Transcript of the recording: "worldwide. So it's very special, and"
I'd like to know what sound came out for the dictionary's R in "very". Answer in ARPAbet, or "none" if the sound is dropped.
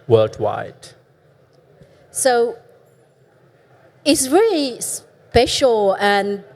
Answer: L